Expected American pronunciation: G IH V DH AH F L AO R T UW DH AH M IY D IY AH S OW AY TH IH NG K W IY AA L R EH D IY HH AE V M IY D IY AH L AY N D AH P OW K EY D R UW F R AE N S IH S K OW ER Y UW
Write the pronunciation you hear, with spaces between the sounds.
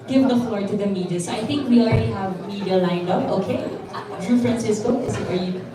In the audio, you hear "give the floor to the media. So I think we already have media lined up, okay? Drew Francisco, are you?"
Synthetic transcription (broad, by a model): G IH V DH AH F L AO R T UW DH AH M IY D IY AH S OW AY TH IH NG K W IY AA L R EH D IY HH AE V M IY D IY AH L AY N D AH OW K EY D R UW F R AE N S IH S K OW ER Y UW